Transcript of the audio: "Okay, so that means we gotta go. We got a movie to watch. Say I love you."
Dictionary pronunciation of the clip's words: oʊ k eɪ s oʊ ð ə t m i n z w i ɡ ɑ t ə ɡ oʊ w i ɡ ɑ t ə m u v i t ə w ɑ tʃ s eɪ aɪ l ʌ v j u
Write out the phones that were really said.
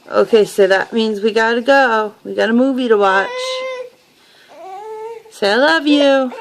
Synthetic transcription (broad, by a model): oʊ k eɪ s oʊ ð ə t m i n z w i ɡ ɑ t ə ɡ oʊ w i ɡ ɑ t ə m u v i t ə w ɑ tʃ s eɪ aɪ l ʌ v j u